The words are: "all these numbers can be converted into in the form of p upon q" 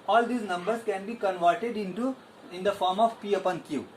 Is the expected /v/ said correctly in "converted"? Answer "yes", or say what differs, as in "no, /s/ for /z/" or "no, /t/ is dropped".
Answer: yes